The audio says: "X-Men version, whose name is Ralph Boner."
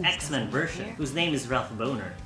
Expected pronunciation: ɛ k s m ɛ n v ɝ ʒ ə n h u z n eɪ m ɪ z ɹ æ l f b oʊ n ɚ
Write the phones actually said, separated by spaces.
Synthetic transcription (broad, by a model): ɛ k s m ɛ n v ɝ ʃ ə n h u z n eɪ m ɪ z ɹ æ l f b oʊ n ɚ